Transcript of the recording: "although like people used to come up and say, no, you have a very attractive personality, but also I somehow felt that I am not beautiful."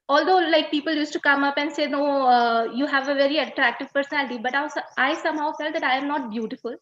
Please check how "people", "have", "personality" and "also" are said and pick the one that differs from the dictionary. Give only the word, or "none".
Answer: also